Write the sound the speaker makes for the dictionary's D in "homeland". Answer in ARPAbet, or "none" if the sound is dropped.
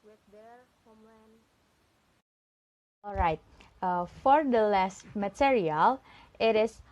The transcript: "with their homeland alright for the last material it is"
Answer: none